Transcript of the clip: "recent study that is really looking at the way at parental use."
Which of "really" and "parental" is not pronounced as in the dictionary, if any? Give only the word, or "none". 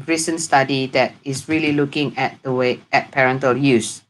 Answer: none